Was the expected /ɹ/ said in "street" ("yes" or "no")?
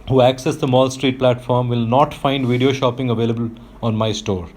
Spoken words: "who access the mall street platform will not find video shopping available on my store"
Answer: yes